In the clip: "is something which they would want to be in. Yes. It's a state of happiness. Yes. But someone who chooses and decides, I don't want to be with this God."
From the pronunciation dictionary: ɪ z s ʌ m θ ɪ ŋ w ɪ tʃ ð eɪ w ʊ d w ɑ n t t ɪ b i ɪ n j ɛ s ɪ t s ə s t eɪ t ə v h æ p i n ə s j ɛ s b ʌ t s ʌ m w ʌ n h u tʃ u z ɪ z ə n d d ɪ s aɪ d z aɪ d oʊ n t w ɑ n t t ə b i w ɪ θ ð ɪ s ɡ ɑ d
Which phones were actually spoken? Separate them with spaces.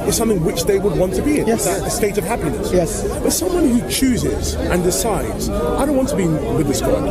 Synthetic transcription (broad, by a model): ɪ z s ʌ m θ ɪ ŋ w ɪ tʃ ð eɪ w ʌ d w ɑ n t t ɪ b i ɪ n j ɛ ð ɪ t ə s t eɪ t ə v h æ p i n ə s j ɛ s b ʌ t s ʌ m w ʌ n h u tʃ u z ɪ z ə n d d ɪ s aɪ d z aɪ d oʊ n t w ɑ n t t ə b i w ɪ ð ɪ s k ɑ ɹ